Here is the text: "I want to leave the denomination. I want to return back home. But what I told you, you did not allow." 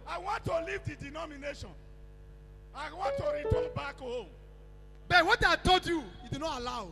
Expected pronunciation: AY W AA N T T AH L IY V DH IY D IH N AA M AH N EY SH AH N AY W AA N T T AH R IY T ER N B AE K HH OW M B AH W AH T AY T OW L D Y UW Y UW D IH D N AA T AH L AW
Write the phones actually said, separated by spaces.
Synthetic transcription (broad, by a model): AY W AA N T T AH L IY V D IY D IH N AA M AH N EY SH AH N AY W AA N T T AH R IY T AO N B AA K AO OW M B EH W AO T AY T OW D Y UW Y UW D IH N AA T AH L AW